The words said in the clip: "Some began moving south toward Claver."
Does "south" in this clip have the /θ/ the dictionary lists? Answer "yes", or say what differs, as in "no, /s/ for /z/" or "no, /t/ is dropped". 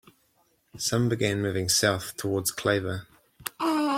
yes